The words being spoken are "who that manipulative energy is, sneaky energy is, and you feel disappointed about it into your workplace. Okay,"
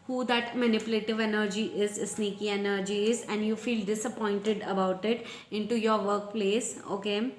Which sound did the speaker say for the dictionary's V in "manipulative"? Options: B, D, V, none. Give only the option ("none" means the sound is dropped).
V